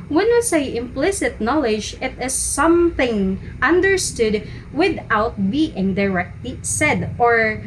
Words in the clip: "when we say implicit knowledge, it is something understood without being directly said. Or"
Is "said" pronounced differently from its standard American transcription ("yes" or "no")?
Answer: no